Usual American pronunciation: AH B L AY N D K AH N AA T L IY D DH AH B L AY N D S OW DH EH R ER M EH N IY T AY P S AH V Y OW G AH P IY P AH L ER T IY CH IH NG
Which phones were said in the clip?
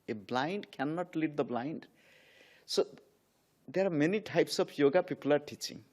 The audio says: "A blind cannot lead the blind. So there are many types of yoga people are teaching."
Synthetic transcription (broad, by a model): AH B L AY N D K AH N AA T L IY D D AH B L AY N D S OW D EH R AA M EH N IY T AY P S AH B Y OW G AH P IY P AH L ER T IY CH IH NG